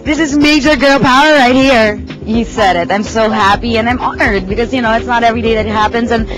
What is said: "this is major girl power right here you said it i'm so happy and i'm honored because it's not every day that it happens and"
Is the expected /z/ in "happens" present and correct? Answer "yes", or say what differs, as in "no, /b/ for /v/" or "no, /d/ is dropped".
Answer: yes